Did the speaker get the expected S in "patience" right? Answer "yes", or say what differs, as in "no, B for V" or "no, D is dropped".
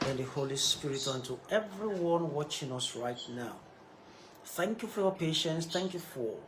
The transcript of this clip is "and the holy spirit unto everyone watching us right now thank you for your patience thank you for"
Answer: yes